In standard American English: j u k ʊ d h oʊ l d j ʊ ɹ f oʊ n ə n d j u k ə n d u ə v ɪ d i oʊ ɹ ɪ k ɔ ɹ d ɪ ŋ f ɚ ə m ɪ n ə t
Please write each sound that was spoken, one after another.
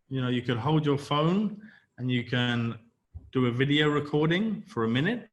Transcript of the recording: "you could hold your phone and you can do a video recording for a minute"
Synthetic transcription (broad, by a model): j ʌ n ʊ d h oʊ l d j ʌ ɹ f oʊ n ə n j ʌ k ə n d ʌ ə v ɪ d i oʊ ɹ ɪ k ɔ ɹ d ɪ ŋ f ɚ ə m ɪ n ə t